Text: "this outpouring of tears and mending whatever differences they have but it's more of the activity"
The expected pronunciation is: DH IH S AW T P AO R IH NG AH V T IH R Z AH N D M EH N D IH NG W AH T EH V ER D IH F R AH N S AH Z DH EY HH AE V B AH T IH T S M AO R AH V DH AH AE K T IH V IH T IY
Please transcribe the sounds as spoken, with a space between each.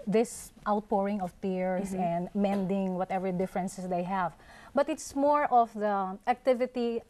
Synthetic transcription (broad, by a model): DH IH S AW T P AO R IH NG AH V T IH R S AH N D M EH N D IH NG W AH T EH V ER D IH F R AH N S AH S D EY HH AE V B AH T IH T S M AO R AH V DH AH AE K T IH V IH T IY